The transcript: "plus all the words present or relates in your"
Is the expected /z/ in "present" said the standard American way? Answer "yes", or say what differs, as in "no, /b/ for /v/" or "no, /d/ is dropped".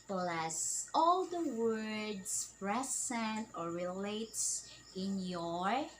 no, /s/ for /z/